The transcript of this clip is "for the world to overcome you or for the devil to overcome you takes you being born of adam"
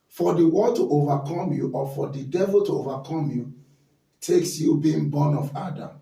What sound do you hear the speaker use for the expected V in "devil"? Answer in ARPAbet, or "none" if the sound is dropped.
V